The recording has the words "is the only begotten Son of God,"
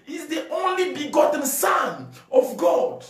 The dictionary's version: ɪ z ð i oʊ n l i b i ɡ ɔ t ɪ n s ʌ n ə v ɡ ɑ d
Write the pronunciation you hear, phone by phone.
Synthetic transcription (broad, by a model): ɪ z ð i oʊ n l i b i ɡ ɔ t n s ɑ n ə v ɡ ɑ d